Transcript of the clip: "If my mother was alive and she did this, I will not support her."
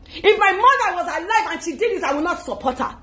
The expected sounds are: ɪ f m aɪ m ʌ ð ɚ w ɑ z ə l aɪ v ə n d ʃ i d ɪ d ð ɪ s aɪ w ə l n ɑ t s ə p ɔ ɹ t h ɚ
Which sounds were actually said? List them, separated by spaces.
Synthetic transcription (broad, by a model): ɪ f m aɪ m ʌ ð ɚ w ɑ z ə l aɪ v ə n ʃ i d ɪ d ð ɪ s aɪ w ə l n ɑ t s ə p ɔ t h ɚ